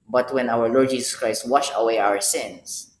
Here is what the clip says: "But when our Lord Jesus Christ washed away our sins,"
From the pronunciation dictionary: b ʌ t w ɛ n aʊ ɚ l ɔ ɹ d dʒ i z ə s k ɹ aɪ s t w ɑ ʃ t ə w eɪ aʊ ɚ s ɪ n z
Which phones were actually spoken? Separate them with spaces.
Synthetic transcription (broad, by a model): b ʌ t w ɛ n aʊ ɚ l ɔ ɹ d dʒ i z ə s k ɹ aɪ s t w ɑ ʃ ə w eɪ aʊ ɚ s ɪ n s